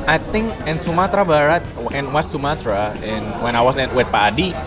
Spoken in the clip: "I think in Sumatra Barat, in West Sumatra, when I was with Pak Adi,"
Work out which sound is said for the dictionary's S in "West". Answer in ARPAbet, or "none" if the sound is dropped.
none